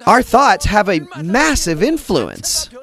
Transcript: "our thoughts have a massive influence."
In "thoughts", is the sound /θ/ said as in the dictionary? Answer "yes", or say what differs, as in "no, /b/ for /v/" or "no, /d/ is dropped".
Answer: yes